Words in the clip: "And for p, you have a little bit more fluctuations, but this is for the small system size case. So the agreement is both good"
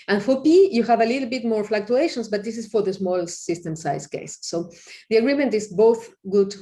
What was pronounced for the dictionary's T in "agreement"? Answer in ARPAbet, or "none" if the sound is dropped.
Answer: T